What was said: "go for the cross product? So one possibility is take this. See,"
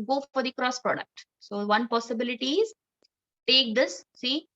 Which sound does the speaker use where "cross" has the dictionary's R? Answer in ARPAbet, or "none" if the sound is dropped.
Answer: R